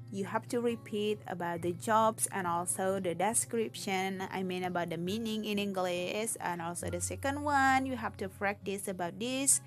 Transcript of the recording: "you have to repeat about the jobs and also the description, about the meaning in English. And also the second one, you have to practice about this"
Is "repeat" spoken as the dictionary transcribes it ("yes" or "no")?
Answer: yes